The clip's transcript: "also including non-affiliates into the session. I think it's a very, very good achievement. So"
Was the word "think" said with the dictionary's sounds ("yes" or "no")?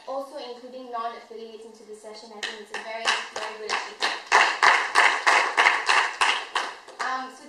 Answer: no